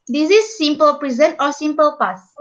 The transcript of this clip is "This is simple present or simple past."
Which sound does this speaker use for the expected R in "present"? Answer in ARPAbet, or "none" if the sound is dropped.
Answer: R